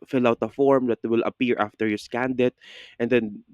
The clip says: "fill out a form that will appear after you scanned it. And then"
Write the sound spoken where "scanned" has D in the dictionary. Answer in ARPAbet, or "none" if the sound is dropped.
D